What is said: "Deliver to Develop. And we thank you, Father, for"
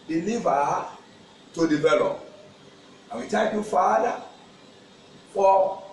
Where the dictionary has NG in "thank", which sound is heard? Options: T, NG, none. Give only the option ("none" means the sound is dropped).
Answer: none